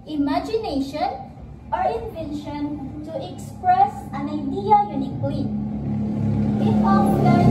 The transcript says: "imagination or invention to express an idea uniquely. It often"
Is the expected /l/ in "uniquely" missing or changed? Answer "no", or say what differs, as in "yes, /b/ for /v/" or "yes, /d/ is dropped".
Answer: yes, /l/ is dropped